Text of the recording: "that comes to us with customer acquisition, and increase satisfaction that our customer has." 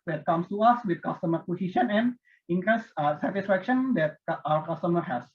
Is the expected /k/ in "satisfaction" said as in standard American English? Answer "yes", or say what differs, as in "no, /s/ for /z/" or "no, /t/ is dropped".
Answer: yes